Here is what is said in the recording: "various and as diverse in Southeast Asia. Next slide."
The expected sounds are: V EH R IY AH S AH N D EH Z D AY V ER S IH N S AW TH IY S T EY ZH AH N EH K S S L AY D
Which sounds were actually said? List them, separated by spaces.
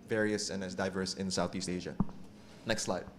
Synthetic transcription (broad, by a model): V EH R IY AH S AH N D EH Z D AY V ER S IH N S AW TH IY S T EY ZH AH N EH K S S L AY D